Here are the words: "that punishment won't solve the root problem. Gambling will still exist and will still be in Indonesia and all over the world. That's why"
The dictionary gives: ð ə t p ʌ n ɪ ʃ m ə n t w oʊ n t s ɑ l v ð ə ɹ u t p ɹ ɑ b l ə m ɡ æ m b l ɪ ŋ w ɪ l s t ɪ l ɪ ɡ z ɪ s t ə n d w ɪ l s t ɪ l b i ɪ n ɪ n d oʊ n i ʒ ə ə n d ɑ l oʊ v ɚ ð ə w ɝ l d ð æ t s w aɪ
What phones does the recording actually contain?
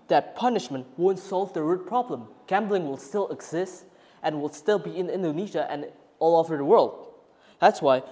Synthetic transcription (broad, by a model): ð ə t p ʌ n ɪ ʃ m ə n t w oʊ n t s ɑ l v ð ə ɹ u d p ɹ ɑ b l ə m ɡ æ m b l ɪ ŋ w ɪ l s t ɪ l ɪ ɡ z ɪ s t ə n w ɪ l s t ɪ l b i ɪ n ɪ n d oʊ n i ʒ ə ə n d ɑ l oʊ v ɚ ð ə w ɝ l d ð æ t s w aɪ